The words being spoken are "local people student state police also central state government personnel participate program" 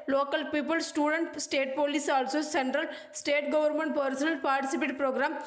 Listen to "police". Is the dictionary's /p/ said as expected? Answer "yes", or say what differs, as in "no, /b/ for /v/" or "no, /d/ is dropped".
yes